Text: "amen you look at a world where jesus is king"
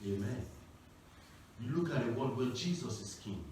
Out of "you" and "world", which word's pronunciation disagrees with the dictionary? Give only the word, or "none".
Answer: world